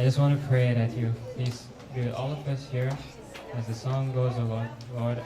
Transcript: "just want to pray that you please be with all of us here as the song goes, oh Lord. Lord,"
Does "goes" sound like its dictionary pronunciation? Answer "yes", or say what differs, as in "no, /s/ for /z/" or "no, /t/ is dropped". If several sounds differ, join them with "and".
yes